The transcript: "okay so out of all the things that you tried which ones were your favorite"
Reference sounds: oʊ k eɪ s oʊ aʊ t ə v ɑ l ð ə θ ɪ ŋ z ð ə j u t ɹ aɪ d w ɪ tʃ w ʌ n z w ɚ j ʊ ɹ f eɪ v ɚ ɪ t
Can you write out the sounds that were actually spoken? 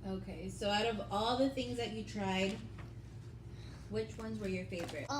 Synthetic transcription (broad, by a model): oʊ k eɪ s oʊ aʊ t ə v ɑ l ð ə θ ɪ ŋ z ð ə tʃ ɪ t ɹ aɪ d w ɪ tʃ w ʌ n z w ɚ j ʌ ɹ f eɪ v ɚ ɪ t